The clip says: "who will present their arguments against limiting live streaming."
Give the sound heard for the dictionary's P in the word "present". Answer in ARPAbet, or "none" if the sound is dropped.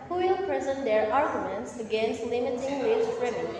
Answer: P